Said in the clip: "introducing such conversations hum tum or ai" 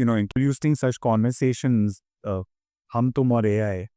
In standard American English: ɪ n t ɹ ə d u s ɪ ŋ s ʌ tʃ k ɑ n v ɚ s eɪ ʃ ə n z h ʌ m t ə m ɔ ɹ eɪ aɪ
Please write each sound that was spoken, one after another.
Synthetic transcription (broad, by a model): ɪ n t ɹ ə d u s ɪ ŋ s ʌ tʃ k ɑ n v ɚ s eɪ ʃ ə n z h ʌ m t ə m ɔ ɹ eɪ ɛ